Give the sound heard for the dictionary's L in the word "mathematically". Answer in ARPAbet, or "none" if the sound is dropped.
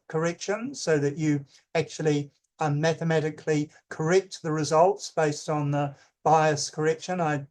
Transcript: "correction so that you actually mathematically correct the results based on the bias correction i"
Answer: L